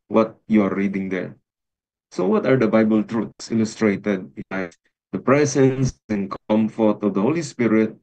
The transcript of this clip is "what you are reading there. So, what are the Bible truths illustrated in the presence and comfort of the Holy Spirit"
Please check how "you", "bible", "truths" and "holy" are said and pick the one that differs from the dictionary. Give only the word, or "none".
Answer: truths